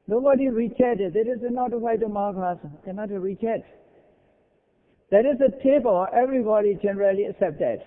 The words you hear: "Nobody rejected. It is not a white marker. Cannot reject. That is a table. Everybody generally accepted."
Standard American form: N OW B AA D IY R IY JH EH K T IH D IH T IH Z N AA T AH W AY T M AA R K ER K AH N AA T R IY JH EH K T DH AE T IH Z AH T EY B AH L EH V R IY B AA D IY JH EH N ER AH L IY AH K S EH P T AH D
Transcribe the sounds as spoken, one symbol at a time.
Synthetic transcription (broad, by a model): N OW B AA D IY R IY CH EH T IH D IH T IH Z N AA T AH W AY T M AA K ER K AH N AA T R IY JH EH T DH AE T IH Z AH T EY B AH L EH V R IY B AA D IY JH EH N ER AH L IY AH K S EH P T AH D